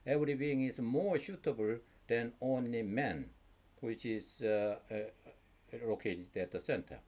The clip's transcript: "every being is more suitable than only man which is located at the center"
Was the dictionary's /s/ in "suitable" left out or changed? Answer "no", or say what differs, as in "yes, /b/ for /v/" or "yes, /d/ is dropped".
yes, /ʃ/ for /s/